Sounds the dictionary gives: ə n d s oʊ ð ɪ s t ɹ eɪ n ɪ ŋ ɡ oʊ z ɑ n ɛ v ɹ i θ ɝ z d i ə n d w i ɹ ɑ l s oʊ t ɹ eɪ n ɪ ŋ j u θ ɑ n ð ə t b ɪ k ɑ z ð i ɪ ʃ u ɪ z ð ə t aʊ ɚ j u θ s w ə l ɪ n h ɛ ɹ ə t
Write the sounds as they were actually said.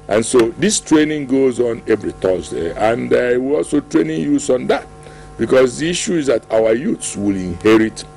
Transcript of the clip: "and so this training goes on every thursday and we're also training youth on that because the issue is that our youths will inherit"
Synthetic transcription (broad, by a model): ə n s oʊ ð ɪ s t ɹ eɪ n ɪ ŋ ɡ oʊ z ɑ n ɛ v ɹ i t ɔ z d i ə n d w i l ɑ l s oʊ t ɹ eɪ n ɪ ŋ j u s ɑ n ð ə t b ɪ k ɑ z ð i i ʃ u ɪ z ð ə t aʊ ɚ j u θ s w ə l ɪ n h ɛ ɹ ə t